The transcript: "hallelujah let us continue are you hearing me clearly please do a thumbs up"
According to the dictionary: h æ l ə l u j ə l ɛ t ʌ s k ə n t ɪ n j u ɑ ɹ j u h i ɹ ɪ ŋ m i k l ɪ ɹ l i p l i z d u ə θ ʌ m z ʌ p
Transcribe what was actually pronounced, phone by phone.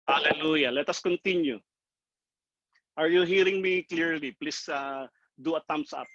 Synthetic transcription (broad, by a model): h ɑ l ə l u j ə l ɛ t ʌ s k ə n t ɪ n j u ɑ ɹ j u h i ɹ ɪ ŋ m i k l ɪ ɹ l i p l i s d u ə t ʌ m s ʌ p